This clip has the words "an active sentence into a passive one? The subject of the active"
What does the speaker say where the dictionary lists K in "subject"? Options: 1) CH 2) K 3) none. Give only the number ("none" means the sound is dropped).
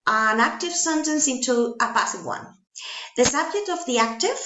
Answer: 2